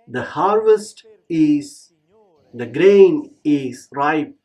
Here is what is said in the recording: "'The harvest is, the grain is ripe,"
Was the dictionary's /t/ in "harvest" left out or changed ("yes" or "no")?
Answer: no